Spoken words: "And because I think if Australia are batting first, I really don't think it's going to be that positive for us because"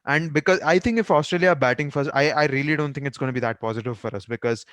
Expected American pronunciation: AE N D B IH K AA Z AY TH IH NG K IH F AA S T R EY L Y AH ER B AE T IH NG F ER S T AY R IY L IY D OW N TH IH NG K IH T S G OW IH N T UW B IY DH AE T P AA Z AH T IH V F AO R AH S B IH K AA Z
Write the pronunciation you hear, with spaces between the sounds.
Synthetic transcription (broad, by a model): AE N D B IH K AA Z AY T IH NG K IH F AA S T R EY L Y AH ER B AE T IH NG F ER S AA AY R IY L IY D OW N T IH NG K IH T S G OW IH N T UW B IY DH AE T P AA Z AH T IH V F AO R AH S B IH K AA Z